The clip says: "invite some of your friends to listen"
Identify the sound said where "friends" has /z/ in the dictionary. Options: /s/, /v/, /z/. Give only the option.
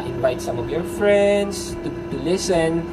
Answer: /s/